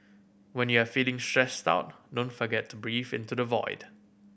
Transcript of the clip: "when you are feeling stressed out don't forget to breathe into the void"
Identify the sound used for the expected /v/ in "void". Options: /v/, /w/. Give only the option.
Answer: /v/